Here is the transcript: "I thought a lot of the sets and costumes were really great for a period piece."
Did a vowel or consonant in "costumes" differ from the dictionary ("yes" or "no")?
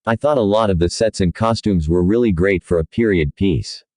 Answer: no